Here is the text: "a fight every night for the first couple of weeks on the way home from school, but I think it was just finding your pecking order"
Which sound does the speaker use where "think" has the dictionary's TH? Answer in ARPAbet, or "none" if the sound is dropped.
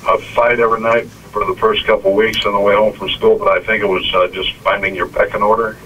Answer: TH